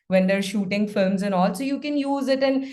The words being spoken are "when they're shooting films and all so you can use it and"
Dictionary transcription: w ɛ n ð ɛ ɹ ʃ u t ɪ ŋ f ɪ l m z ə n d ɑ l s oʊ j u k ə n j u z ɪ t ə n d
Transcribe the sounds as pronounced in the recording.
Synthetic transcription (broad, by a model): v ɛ n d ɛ ɹ ʃ u t ɪ ŋ f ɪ m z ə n ɑ l s oʊ j u k ə n j u z ɪ t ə n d